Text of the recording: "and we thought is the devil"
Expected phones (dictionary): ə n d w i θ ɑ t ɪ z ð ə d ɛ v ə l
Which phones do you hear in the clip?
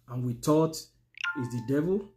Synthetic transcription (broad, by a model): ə n w i t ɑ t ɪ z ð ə d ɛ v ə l